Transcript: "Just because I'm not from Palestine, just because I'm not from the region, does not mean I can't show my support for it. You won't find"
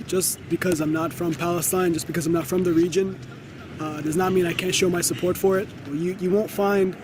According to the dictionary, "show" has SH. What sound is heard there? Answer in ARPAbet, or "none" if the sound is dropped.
SH